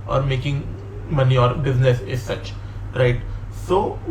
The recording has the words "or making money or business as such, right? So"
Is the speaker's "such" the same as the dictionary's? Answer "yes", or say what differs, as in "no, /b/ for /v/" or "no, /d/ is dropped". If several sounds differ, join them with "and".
yes